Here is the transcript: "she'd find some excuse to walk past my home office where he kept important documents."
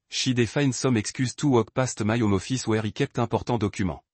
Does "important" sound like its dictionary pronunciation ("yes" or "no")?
no